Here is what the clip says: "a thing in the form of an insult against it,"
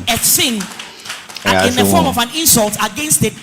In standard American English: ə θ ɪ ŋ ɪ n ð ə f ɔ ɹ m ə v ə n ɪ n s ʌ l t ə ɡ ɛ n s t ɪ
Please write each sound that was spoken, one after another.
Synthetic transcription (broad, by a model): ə s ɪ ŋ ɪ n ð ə f ɔ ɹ m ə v ə n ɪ n s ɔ l t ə ɡ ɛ n s t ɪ